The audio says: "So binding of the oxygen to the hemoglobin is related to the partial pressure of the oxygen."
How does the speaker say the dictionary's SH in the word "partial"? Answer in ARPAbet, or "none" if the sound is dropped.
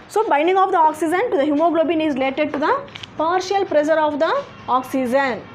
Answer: SH